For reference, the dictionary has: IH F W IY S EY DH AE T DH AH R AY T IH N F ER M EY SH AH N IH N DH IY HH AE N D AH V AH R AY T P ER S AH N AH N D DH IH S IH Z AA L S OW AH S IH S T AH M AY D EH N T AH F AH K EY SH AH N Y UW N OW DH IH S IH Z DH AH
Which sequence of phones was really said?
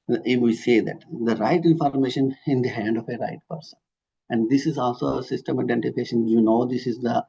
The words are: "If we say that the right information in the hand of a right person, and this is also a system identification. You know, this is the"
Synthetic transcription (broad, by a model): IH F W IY S EY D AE T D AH R AY T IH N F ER M EY SH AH N IH N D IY HH AE N D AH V AH R AY T P ER S AH N AH N D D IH S IH Z AA L S OW AH S IH S T AH M AY D EH N T AH F AH K EY SH AH N Y UW N OW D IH S IH Z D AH